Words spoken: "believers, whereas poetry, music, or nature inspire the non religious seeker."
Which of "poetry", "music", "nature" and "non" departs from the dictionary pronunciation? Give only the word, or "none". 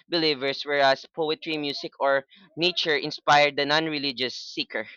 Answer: music